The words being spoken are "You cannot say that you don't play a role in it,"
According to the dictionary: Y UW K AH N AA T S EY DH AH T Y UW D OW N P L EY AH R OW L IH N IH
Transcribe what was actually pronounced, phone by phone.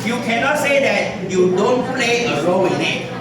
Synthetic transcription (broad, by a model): Y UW K AH N AA T S EY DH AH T Y UW D OW N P L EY AH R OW W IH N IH